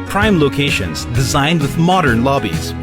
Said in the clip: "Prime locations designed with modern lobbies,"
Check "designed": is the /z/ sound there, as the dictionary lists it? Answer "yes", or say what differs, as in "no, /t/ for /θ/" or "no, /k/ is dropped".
yes